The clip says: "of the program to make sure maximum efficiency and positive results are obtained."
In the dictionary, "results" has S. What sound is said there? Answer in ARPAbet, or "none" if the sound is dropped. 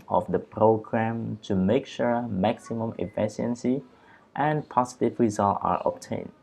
none